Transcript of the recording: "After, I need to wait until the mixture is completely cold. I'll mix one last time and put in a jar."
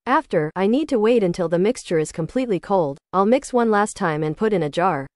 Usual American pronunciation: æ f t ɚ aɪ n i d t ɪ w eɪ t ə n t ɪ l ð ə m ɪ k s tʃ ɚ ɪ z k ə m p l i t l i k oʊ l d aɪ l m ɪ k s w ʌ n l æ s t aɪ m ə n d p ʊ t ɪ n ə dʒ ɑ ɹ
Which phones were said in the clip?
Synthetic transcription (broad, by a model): æ f t ɚ aɪ n i d t ɪ w eɪ t ə n t ɪ l ð ə m ɪ k s tʃ ɚ ɪ z k ə m p l i t l i k oʊ l d aɪ l m ɪ k s w ʌ n l æ s t aɪ m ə n p ʊ t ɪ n ə dʒ ɑ ɹ